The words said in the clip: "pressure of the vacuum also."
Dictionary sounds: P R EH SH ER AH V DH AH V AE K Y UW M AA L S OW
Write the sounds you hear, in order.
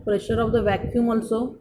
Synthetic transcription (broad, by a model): P R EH SH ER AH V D AH V AE K Y UW M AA L S OW